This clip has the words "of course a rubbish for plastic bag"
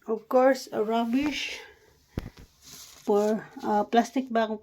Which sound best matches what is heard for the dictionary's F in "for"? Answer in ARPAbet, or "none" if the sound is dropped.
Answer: P